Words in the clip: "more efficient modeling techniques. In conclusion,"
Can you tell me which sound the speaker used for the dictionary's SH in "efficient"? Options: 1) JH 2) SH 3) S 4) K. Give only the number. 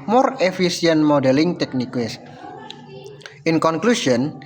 3